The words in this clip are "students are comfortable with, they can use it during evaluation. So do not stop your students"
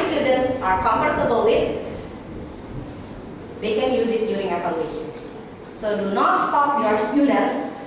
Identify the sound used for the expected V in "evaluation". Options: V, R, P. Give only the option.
P